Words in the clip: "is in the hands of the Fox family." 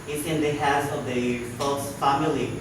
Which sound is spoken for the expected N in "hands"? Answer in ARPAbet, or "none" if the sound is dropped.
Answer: none